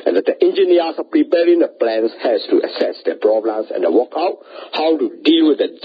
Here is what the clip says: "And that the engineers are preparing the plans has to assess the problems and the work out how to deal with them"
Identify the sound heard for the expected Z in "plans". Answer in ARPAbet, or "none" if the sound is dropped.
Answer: S